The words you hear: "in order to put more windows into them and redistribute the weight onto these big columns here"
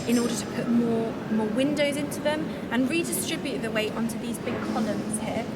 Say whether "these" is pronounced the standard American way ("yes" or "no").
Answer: yes